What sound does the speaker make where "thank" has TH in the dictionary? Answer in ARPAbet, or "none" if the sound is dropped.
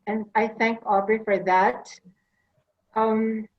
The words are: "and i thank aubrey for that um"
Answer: TH